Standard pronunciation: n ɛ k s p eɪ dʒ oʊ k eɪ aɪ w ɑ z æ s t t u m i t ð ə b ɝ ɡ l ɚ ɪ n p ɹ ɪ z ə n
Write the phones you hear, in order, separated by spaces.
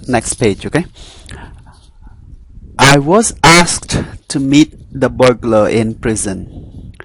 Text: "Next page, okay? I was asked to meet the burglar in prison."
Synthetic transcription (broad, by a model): n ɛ k s p eɪ dʒ oʊ k eɪ aɪ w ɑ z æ s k t u m i t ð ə b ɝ ɡ l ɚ ɪ n p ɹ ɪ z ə n